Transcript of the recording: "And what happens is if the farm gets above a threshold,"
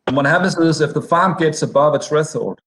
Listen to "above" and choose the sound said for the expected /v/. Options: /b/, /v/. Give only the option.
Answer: /v/